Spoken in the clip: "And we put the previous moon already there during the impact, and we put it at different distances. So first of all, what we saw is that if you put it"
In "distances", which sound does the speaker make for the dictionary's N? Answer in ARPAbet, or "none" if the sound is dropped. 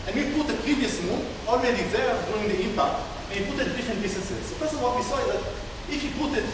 none